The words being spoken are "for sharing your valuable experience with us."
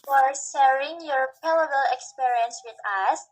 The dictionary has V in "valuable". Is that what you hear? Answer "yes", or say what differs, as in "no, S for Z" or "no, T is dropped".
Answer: no, P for V